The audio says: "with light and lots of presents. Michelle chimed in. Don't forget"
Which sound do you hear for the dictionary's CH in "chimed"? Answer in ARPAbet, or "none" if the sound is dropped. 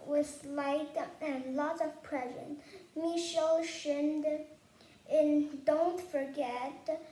SH